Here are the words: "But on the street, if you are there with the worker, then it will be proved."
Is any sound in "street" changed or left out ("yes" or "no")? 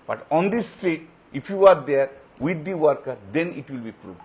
yes